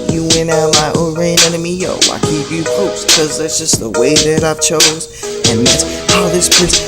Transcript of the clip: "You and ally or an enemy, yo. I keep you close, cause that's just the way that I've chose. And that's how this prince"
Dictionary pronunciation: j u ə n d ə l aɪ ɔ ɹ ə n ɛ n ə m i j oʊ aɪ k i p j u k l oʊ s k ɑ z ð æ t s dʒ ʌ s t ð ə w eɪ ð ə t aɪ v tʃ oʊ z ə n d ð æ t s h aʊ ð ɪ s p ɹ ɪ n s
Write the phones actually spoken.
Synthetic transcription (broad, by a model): j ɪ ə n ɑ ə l aɪ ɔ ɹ ə n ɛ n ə m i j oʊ aɪ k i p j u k oʊ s k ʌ z ð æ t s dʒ ʌ s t ð ə w eɪ ð ə t aɪ v tʃ oʊ z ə n ð æ t s h aʊ ð ɪ s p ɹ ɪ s